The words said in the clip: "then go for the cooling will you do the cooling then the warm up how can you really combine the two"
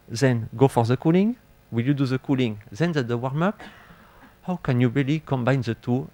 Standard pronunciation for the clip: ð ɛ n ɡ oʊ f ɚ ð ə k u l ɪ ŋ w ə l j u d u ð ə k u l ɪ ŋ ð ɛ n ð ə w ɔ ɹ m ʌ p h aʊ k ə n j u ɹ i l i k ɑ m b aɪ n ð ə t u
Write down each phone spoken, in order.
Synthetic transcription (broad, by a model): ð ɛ n ɡ oʊ f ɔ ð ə k u l ɪ ŋ w ə l j u d u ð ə k u l ɪ ŋ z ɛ n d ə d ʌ w m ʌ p h aʊ k ə n j u ɹ i l i k ɑ m b aɪ n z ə t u